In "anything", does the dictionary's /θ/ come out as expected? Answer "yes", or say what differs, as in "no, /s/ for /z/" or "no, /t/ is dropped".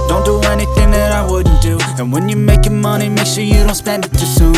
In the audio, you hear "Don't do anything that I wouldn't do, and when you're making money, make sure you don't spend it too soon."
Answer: yes